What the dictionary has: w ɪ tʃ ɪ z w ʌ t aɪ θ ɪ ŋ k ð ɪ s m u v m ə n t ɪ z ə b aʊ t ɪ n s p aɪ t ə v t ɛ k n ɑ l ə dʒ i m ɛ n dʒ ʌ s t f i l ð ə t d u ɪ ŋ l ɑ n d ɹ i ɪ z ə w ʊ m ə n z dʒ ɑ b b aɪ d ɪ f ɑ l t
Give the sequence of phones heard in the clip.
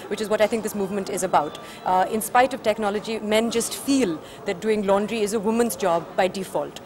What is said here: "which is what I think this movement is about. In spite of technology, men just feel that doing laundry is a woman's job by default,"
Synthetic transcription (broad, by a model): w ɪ tʃ ɪ z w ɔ t aɪ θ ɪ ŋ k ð ɪ s m u v m ə n t ɪ z ə b aʊ t ɪ n s p aɪ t ə v t ɛ k n ɑ l ə dʒ i m ɛ n dʒ ʌ s t f i l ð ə t d u ɪ ŋ l ɑ n d ɹ i ɪ z ə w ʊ m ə n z dʒ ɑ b b aɪ d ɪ f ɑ l t